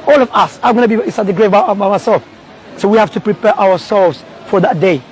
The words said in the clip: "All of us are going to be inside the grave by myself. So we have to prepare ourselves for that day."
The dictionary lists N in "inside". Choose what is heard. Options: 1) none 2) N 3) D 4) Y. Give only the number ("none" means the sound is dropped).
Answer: 1